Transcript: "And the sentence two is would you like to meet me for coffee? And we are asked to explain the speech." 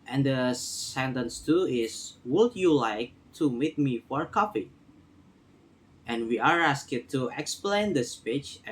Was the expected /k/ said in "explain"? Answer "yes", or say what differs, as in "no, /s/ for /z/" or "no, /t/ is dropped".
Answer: yes